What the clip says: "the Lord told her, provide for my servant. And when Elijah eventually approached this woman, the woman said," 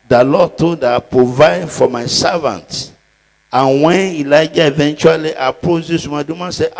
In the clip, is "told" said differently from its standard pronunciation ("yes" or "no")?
yes